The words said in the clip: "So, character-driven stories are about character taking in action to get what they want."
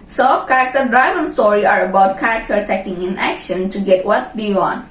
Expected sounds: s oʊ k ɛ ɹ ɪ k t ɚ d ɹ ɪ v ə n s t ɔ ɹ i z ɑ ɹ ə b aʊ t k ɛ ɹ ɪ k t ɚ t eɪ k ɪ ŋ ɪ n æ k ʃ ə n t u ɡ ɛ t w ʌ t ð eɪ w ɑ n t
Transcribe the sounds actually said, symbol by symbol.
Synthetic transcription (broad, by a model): s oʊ k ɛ ɹ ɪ k t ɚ d ɹ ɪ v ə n s t ɔ ɹ i ɑ ɹ ə b aʊ t k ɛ ɹ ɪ k t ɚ t eɪ k ɪ ŋ ɪ n æ k ʃ ə n t u ɡ ɛ t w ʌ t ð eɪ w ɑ n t